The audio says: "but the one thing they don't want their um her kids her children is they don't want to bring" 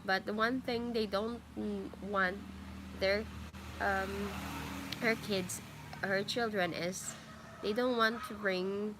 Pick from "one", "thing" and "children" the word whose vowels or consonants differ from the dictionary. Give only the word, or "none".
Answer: none